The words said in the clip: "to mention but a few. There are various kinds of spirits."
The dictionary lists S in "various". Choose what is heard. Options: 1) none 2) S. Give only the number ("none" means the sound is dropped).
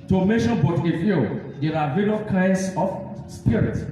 1